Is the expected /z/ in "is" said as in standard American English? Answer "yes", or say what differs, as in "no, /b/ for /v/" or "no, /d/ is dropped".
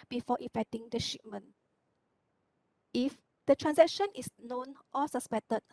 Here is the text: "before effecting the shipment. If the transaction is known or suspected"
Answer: no, /s/ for /z/